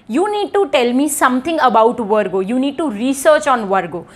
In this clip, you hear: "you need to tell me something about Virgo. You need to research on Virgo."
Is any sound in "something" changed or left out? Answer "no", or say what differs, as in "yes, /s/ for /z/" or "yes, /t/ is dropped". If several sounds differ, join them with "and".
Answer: yes, /t/ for /θ/